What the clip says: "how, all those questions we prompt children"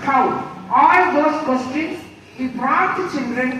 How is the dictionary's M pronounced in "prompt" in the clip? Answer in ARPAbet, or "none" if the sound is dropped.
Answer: none